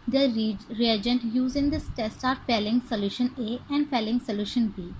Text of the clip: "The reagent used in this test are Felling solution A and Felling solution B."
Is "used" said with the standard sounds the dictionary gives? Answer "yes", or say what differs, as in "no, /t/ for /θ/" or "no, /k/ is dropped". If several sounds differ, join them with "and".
no, /d/ is dropped